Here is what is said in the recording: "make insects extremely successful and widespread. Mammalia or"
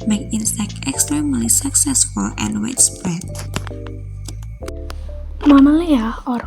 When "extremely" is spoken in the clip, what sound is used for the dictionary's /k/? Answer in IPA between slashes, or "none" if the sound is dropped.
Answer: /k/